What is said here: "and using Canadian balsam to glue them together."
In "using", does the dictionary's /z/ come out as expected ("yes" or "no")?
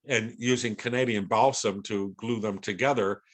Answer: yes